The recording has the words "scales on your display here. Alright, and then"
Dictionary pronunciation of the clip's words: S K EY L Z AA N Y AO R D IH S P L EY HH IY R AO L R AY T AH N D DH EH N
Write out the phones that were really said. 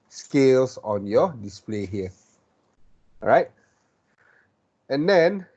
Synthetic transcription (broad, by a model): S K EY L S AA N Y AO D IH S P L EY HH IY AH R AY T AH N D EH N